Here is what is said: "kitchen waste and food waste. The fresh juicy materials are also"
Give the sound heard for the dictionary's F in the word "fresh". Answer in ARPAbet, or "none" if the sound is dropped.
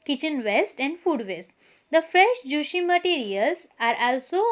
F